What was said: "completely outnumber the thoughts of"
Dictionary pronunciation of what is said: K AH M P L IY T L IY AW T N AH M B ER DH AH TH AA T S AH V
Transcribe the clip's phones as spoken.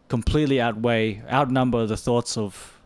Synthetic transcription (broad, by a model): K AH M P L IY T L IY AW T N AH M B ER DH AH TH AA T S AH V